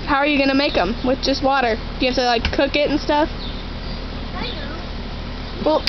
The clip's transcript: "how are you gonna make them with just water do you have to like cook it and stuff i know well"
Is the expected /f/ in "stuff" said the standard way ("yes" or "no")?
yes